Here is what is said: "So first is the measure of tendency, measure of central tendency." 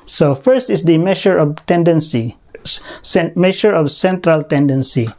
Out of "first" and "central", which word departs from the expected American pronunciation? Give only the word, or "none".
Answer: none